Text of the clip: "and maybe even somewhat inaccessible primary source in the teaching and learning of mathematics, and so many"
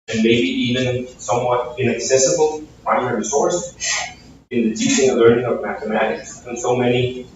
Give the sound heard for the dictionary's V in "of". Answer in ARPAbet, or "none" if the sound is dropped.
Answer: V